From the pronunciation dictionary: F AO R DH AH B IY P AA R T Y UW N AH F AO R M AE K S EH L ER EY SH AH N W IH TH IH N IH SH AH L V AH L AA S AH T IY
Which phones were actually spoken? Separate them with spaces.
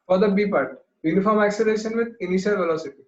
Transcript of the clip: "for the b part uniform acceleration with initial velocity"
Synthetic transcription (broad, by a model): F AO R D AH B IY P AA R T Y UW N AH F AO R M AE S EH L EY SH AH N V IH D IH N IH SH AH L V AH L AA S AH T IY